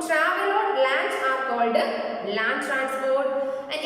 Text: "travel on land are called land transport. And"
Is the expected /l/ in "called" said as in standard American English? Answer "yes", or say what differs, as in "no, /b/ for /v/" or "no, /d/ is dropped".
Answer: yes